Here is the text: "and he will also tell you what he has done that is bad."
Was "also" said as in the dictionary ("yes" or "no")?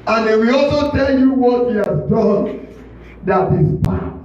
yes